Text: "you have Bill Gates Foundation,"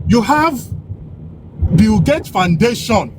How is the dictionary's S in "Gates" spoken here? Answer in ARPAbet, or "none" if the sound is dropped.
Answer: none